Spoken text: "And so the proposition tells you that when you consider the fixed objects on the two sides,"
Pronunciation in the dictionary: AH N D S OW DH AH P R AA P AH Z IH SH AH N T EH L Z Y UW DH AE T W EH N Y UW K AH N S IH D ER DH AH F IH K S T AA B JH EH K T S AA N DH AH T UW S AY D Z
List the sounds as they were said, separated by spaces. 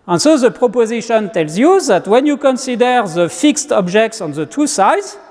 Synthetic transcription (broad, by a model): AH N S OW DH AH P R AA P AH Z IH SH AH N T EH L Z Y UW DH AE T W EH N Y UW K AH N S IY D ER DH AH F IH K S T AA B JH EH K T S AA N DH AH T UW S AY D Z